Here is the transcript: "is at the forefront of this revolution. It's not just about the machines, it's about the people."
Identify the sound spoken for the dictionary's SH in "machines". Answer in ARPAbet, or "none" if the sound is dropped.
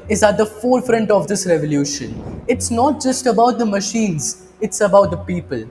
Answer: SH